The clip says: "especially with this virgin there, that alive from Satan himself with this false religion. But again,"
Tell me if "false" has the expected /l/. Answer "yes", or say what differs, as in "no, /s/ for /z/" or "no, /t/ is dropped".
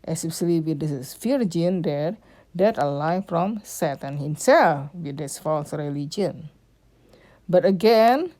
yes